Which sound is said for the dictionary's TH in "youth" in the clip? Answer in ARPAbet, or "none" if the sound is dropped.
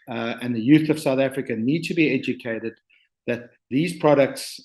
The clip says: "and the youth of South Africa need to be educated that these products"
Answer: TH